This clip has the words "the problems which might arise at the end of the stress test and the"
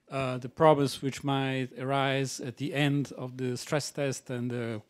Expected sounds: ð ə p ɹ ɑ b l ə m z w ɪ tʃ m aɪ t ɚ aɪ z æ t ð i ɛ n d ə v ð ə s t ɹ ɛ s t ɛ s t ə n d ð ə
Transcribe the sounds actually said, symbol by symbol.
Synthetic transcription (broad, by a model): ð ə p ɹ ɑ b ə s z w ɪ tʃ m aɪ t ɚ aɪ z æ t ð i ɛ n d ə v ð ə s t ɹ ɛ s t ɛ s t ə n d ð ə